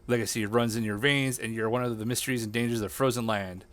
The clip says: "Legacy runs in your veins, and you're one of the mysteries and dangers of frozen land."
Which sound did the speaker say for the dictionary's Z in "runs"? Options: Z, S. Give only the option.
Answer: Z